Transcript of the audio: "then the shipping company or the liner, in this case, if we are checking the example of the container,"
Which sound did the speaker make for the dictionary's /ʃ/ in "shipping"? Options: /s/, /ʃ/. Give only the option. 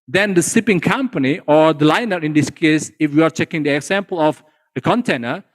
/s/